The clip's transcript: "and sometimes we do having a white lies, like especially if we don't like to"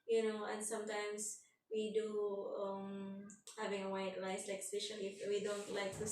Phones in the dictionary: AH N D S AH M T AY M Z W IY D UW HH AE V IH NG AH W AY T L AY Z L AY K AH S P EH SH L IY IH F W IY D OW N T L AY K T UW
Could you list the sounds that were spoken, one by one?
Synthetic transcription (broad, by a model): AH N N S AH M T AY M S W IY D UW HH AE V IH NG AH W AY T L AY S L AY K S IH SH IY IH F W IY D OW N T L AY K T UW